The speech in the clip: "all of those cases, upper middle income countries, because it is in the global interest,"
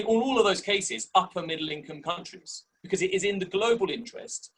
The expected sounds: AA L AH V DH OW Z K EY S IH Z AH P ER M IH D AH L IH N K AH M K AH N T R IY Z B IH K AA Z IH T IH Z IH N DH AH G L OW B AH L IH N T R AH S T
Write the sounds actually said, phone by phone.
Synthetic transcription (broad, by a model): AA L AH V DH OW Z K EY S IH Z AH P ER M IH D L IH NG K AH M K AH N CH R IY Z B IH K AA Z IH T IH Z IH N DH AH G L OW B AH L IH N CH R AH S T